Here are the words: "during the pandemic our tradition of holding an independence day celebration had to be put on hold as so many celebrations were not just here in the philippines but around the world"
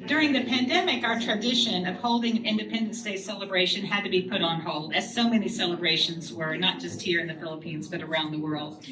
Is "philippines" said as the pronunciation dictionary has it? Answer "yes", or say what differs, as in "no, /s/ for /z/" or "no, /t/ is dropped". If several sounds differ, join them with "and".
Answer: yes